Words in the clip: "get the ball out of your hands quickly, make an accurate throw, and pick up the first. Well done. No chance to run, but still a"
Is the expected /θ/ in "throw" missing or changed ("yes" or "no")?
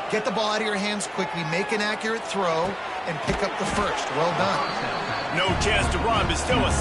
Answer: no